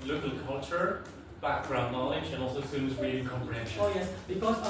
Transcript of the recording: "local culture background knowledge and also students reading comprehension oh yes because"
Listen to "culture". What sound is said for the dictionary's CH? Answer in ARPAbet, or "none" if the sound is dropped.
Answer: CH